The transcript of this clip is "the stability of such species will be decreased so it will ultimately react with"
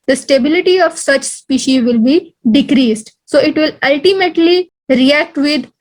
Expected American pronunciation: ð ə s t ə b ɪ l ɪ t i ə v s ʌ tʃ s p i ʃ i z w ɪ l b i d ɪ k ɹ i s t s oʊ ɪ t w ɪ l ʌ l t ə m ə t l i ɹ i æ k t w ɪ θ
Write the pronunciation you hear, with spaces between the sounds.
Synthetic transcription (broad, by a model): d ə s t ə b ɪ l ɪ t i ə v s ʌ tʃ s p i ʃ i z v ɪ l b i d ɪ k ɹ i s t s oʊ ɪ t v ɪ l ʌ l t ə m ə t l i ɹ i æ k t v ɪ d